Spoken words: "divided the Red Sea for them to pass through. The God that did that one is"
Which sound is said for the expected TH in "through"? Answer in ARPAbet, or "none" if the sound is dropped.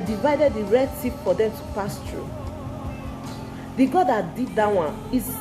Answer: T